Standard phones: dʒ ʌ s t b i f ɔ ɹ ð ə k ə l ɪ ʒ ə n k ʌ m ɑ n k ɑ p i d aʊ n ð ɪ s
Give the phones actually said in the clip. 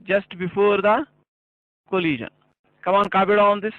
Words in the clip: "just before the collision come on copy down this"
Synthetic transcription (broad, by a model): dʒ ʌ s t b i f ɔ ɹ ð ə k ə l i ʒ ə n k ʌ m ɑ n k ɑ b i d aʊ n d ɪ s